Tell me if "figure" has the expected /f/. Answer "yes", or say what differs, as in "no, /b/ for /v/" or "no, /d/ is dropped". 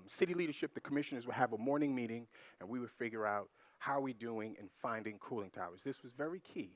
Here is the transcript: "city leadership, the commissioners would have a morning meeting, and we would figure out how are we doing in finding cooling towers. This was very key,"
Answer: yes